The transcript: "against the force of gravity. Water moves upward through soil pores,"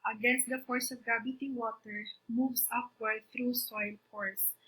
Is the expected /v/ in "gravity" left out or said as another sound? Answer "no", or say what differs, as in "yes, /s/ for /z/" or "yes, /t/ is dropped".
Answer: yes, /b/ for /v/